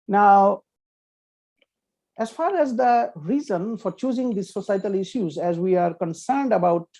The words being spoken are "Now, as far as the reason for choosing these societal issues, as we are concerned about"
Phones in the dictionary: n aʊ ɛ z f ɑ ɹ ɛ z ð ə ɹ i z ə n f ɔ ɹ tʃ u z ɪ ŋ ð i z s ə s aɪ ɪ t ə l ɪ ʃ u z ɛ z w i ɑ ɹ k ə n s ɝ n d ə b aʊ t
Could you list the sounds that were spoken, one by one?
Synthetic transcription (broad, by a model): n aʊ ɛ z f ɑ ɹ ɛ z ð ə ɹ i z ə n f ɔ ɹ tʃ u z ɪ ŋ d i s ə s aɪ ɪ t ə l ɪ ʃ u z ɛ z w i ɑ ɹ k ə n s ɝ n d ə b aʊ t